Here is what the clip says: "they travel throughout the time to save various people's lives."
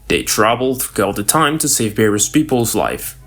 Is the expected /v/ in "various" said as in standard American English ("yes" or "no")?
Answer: no